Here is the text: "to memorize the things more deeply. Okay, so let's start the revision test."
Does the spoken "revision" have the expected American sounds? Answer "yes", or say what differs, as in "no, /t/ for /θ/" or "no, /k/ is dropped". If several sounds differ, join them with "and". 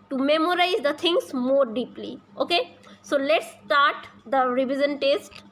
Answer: no, /z/ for /ʒ/